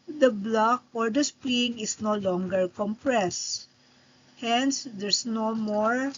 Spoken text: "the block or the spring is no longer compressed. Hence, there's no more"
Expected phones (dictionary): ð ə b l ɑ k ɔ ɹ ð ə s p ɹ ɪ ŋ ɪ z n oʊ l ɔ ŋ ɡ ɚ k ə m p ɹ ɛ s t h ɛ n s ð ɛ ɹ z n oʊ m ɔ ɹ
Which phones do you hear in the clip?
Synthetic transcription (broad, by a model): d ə b l ɑ k ɔ ɹ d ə s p l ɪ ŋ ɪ s n oʊ l ɔ ŋ ɡ ɚ k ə m p ɹ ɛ s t h ɛ n s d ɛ ɹ s n oʊ m ɔ ɹ